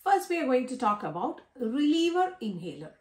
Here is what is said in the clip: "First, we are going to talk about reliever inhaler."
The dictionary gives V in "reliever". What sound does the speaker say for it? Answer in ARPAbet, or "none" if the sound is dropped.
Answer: V